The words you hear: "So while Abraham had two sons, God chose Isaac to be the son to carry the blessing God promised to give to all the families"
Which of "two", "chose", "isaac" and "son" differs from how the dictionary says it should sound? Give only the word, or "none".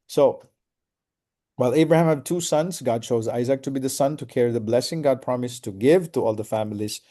none